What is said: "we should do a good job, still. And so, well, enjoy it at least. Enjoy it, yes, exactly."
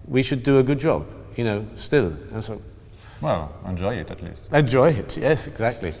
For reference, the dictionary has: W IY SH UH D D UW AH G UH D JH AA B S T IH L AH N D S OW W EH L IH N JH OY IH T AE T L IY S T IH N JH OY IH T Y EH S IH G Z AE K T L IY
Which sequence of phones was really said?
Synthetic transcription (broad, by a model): W IY SH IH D D AH G UH D JH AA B S T IH L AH N S OW W EH L IH N JH OY IH T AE T L IY S T IH N JH OY IH T Y EH S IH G Z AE K T L IY